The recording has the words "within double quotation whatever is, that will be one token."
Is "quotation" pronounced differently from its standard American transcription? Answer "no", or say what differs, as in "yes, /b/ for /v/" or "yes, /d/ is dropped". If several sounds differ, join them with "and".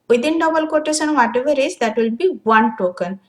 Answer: yes, /s/ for /ʃ/